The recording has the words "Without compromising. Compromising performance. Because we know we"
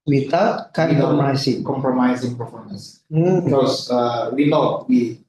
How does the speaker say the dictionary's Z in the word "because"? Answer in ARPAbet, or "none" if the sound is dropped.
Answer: none